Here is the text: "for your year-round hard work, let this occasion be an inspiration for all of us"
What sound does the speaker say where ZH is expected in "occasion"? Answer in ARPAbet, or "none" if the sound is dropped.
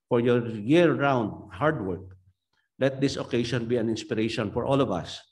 SH